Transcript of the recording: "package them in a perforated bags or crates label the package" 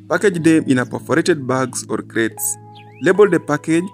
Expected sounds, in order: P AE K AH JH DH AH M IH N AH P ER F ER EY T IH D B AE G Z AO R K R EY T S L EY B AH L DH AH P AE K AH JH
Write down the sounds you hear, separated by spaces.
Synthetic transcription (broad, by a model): P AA K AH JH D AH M IH N AH P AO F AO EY T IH D B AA G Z AO R K R EY T S L EY B AH L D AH P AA K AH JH